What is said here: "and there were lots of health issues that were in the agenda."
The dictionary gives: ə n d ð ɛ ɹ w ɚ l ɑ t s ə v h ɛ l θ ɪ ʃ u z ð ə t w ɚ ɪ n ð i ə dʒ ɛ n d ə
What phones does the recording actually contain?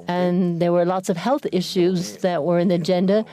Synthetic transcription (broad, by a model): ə n ð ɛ ɹ w ɚ l ɑ t s ə v h ɛ l θ ɪ ʃ u z ð ə t w ɚ ɪ n ð i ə dʒ ɛ n d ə